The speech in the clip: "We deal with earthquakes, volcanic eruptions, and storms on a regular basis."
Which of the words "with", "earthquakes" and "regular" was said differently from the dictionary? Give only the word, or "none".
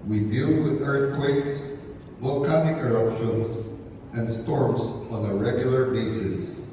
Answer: none